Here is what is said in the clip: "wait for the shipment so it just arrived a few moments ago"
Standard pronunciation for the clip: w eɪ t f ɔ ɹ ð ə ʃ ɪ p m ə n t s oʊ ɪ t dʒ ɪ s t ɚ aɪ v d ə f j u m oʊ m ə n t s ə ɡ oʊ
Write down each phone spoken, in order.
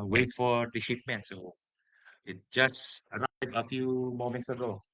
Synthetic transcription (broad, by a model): w eɪ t f ɔ ɹ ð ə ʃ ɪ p m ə n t s oʊ ɪ t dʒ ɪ s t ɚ aɪ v ə f j u m oʊ m ə n t s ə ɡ oʊ